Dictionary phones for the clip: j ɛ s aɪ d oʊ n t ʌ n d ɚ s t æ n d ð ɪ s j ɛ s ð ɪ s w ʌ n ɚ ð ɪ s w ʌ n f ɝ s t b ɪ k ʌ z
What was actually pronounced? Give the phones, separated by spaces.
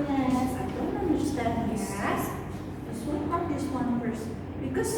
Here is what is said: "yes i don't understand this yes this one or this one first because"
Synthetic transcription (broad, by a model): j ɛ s aɪ d oʊ n t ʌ n d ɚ s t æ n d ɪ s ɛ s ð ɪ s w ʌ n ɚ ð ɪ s w ʌ n p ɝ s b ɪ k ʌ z